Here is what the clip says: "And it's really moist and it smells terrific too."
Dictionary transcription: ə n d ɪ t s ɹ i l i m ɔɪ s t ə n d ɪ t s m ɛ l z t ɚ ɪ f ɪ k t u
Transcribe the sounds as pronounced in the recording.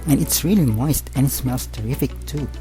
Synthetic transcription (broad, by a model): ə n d ɪ t s ɹ i l i m ɔɪ s t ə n ɪ t s m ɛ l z t ɚ ɪ f ɪ k t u